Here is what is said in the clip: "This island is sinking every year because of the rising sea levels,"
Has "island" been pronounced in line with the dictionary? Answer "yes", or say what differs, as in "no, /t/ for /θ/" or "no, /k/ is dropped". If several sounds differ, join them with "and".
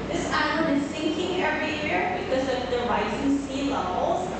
no, /l/ is dropped